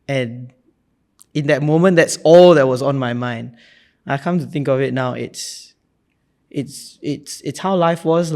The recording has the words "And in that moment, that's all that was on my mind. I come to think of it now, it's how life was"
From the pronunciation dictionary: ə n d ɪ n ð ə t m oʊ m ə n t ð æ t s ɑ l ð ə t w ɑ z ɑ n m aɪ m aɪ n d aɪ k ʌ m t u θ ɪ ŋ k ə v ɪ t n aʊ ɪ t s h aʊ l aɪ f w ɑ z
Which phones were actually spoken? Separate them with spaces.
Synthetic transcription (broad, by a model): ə n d ɪ n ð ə t m oʊ m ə n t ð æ t s ɑ l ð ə t w ɑ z ɑ n m aɪ m aɪ n d aɪ k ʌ m t u θ ɪ ŋ k ə v ɪ t n aʊ ɪ t s h aʊ l aɪ f w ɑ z